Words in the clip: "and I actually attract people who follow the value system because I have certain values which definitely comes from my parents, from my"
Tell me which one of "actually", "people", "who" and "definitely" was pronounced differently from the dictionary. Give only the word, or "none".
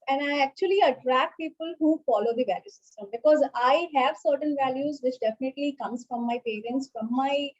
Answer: none